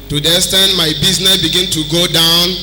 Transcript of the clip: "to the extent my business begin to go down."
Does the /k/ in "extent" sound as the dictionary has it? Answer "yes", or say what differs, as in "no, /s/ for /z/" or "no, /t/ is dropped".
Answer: no, /k/ is dropped